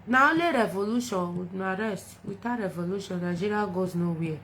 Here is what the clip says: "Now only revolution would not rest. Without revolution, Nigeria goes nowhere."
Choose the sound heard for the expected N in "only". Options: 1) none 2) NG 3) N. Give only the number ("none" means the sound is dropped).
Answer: 1